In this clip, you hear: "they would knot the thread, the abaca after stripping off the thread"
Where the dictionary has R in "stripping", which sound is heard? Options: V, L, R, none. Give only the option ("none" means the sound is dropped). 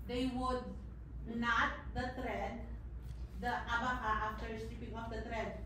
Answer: none